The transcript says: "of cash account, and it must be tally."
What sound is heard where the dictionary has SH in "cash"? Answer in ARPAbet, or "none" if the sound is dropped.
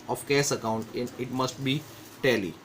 S